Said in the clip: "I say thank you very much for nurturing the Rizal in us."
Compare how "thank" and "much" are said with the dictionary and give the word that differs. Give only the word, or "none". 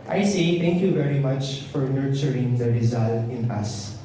thank